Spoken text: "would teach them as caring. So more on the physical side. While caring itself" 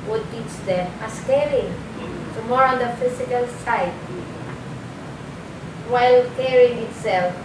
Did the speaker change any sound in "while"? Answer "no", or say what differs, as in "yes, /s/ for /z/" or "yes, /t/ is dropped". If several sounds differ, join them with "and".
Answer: no